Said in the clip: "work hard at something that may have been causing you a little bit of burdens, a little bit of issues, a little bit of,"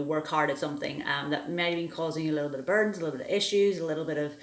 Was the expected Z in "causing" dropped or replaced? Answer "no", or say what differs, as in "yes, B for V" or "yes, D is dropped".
no